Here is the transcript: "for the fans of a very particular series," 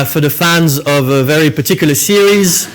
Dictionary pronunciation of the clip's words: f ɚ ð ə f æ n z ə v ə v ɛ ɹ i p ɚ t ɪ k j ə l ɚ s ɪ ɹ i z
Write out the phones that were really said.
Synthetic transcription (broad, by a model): f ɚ ð ə f æ n z ə v ə v ɛ ɹ i p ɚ t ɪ k j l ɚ s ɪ ɹ i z